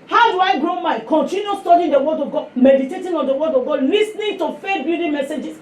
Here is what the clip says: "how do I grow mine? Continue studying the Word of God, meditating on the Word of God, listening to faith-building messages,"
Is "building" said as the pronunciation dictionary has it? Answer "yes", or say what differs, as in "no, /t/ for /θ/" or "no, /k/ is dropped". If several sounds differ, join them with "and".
no, /l/ is dropped